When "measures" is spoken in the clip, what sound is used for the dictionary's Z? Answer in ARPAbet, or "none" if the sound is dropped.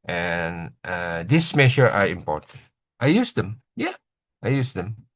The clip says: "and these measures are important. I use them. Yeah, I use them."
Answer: none